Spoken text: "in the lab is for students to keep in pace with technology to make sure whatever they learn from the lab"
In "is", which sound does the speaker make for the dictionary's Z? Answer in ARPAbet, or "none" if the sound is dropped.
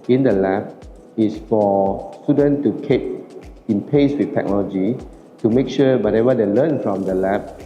S